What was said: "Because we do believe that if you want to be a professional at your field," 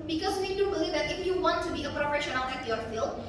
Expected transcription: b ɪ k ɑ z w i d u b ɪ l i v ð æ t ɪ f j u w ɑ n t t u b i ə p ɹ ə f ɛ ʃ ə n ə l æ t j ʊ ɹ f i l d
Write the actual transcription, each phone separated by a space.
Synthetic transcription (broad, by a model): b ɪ k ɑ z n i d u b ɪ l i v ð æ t ɪ f j u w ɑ n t t u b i ə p ɹ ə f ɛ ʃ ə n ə n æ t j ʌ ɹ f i l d